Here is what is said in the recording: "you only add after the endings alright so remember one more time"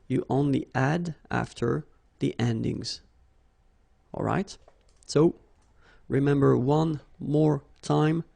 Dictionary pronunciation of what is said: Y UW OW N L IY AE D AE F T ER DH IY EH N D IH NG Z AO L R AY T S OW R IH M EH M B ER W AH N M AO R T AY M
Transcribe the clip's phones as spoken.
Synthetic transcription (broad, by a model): Y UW OW N L IY AE D AE F T ER DH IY EH N D IH NG Z AO L R AY T S OW R IH M EH M B ER W AH N M AO R T AY M